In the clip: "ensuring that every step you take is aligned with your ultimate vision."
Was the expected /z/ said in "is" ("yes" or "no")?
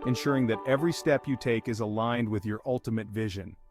yes